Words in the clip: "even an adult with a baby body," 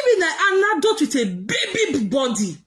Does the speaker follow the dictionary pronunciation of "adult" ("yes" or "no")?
no